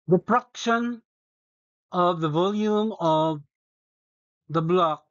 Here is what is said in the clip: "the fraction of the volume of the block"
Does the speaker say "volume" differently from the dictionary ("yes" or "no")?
no